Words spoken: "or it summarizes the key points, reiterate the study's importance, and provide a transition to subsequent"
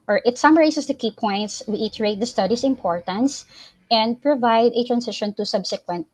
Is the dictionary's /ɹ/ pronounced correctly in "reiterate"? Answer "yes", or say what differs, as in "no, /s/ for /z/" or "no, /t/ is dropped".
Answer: no, /w/ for /ɹ/